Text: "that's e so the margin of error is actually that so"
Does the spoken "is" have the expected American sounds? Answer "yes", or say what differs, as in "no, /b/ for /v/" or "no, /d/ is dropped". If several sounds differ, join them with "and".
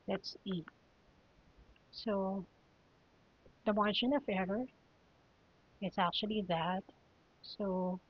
no, /s/ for /z/